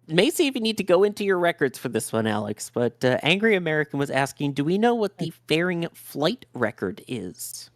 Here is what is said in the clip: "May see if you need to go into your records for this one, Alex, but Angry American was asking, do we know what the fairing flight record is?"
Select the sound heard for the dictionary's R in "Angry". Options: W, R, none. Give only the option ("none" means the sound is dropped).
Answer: R